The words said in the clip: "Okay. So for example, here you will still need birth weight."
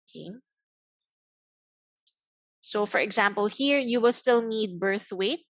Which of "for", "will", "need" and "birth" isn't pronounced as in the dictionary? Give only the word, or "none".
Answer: none